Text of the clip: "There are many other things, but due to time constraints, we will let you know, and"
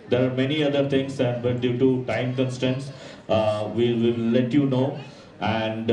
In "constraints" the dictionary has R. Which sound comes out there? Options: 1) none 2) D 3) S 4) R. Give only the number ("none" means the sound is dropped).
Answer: 1